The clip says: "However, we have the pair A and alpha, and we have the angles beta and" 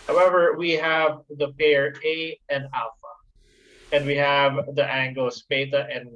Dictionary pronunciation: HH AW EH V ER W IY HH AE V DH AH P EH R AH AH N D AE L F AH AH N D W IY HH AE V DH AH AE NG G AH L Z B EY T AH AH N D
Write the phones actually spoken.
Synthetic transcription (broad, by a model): HH AW EH V ER W IY HH AE V DH AH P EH R AH AH N D AE L F AH AH N D W IY HH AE V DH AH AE NG G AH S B EY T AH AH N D